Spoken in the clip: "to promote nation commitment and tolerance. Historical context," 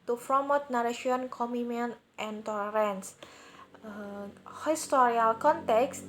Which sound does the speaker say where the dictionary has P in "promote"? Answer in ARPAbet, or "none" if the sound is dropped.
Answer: F